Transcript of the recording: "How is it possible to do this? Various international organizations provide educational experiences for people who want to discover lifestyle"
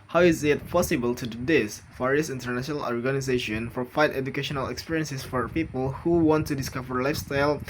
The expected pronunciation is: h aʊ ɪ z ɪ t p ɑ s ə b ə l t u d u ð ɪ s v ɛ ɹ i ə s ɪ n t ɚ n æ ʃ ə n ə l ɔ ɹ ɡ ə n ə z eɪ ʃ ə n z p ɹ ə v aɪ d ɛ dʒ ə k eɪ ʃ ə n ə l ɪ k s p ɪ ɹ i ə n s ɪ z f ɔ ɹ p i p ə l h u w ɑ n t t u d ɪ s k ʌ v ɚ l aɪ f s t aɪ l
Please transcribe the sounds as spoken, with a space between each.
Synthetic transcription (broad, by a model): h aʊ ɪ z ɪ t p ɑ s ə b ə l t u d u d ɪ s f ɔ ɹ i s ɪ n t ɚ n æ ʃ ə n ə l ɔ ɹ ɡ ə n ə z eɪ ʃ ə n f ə f aɪ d ɛ dʒ ə k eɪ ʃ ə n ə l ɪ k s p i ɹ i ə n s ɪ s f ɔ ɹ p i p ə l h u w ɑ n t t u d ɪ s k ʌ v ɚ l aɪ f s t aɪ l